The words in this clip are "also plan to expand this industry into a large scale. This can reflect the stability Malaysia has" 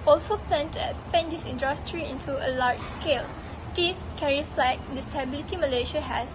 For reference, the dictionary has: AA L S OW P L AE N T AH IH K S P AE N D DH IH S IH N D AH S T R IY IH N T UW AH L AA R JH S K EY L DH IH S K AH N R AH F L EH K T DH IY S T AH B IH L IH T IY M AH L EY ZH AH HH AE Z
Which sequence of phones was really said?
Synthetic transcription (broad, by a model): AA L S OW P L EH N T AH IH S P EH N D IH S IH N D AH S T R IY IH N T UW AH L AA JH S K EY L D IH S K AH R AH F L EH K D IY S T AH B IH L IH T IY M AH L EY SH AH HH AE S